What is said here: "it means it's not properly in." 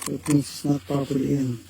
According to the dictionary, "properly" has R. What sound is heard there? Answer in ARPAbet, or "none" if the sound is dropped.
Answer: none